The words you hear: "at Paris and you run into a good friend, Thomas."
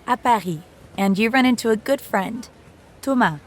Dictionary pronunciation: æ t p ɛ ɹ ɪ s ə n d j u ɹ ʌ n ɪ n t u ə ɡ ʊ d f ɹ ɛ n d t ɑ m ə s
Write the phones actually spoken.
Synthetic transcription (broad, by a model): t p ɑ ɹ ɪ ə n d j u ɹ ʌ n ɪ n t u ə ɡ ʊ d f ɹ ɛ n d t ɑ m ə